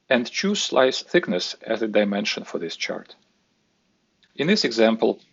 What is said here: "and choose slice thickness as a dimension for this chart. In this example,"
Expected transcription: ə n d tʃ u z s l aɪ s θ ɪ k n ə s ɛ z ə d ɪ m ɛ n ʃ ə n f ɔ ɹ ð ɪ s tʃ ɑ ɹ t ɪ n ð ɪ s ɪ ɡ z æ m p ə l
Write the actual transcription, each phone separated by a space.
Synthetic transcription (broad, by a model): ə n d tʃ u z s l aɪ s θ ɪ k n ə s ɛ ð ə d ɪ m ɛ n ʃ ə n f ɔ ɹ ð ɪ s tʃ ɑ ɹ t ɪ n ð ɪ s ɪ ɡ z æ m p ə l